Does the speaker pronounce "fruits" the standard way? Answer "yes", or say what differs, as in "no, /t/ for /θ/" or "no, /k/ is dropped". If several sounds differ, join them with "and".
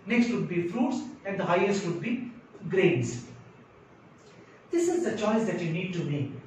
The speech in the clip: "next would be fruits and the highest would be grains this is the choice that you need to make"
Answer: yes